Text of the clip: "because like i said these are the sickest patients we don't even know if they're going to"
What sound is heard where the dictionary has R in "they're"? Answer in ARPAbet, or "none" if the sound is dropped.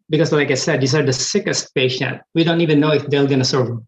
L